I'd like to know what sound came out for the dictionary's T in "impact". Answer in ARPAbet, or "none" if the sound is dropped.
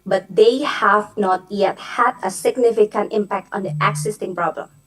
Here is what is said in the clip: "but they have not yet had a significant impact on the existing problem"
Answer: T